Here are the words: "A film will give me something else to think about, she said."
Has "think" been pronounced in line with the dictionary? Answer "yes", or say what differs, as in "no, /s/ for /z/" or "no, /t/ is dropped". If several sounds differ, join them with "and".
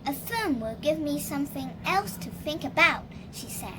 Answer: yes